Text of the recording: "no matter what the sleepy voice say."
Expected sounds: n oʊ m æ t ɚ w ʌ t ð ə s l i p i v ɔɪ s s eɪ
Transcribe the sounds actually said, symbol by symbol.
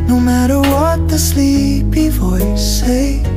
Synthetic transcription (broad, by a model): n oʊ m æ t ɚ w ʌ t ð ə s l i p i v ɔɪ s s eɪ